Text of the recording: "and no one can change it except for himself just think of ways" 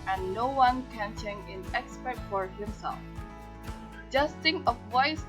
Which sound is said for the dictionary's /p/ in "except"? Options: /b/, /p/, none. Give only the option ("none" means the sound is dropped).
none